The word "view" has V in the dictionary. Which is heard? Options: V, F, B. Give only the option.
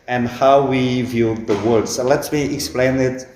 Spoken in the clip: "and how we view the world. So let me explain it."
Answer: V